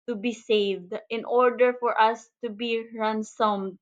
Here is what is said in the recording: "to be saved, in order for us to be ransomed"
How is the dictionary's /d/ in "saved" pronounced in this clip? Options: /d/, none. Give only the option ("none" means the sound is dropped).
/d/